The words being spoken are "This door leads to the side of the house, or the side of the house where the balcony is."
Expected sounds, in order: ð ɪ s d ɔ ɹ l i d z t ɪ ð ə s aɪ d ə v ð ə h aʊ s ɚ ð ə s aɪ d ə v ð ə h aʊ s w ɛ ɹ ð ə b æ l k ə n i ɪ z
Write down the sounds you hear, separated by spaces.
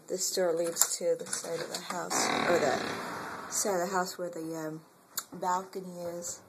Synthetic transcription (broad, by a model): ð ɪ s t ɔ ɹ l i d z t ɪ ð ə s aɪ d ə v ð ə h aʊ s ɚ ð ə s aɪ d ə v ð ə h aʊ s w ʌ ɹ ð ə b æ l k ə n i ɪ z